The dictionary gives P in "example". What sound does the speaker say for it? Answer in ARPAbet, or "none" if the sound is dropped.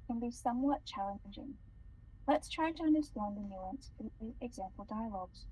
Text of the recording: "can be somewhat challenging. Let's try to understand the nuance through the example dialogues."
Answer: P